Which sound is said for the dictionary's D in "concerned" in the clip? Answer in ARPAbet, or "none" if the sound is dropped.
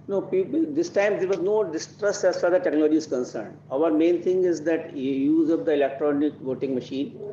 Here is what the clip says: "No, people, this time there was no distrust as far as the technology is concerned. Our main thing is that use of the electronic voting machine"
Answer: D